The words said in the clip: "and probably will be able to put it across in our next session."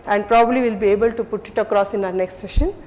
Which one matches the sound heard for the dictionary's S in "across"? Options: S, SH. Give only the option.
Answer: S